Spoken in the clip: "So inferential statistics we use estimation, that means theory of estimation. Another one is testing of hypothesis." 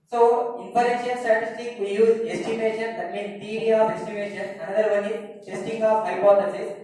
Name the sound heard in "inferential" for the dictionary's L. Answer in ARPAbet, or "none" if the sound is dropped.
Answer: N